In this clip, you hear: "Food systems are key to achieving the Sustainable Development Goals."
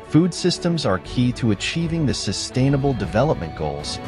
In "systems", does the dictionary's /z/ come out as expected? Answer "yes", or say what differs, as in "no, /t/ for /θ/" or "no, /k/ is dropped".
yes